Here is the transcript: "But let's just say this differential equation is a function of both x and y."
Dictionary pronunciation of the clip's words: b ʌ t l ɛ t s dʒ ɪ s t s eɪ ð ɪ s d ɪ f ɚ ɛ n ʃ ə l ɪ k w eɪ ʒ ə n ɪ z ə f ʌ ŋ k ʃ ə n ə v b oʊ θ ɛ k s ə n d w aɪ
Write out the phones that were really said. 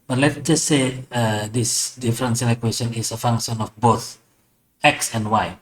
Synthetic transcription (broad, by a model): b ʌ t l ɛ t dʒ ɪ s t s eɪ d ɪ s d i f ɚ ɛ n s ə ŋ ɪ k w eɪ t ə n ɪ s ə f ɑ ŋ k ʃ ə n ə f b oʊ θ ɛ k s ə n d w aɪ